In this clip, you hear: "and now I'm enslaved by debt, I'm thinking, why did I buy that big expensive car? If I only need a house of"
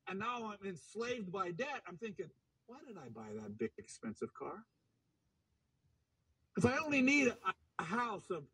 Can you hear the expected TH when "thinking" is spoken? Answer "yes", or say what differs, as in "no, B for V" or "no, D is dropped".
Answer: yes